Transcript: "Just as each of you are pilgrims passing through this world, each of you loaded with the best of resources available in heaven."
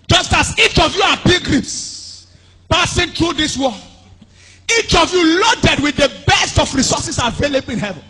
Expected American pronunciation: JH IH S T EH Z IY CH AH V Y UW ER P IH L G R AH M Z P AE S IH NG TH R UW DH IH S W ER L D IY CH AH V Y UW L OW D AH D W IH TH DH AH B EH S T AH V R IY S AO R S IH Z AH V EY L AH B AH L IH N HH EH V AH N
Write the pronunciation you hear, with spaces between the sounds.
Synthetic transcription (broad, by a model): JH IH S T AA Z IY CH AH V Y UW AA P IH G R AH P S P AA S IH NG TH R UW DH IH S W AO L IY CH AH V Y UW L OW D AH D W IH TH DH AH B EH S T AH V R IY S AO S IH S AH V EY L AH B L IH N HH EH V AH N